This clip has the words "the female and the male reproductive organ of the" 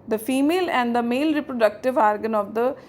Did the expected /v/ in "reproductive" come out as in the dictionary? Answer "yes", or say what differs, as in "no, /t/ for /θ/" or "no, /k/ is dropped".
yes